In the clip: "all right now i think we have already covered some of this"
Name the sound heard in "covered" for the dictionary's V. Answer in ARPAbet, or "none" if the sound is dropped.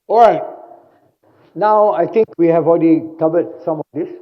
B